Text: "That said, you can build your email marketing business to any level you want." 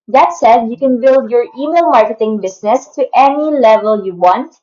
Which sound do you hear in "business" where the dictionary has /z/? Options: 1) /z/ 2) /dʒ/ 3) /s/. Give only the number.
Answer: 3